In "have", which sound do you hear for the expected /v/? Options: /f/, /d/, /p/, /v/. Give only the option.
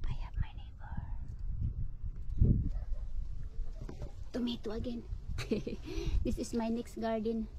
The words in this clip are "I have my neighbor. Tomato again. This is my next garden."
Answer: /p/